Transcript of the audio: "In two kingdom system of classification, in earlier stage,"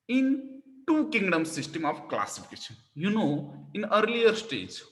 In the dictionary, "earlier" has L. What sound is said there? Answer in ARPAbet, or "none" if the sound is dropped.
L